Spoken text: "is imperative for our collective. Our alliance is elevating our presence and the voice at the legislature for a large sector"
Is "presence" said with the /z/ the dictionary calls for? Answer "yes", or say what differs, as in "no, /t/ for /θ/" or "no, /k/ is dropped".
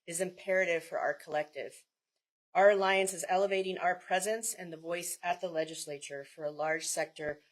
yes